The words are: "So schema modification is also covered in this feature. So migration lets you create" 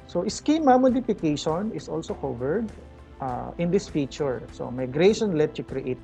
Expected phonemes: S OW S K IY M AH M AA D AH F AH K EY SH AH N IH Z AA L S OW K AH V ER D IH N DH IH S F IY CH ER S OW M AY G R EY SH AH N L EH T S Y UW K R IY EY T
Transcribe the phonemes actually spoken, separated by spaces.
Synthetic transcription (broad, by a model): S OW S K IY M AH M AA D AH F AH K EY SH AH N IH S AA L S OW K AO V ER D IH N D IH S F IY CH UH S OW M AY G R EY SH AH N L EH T Y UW K R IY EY T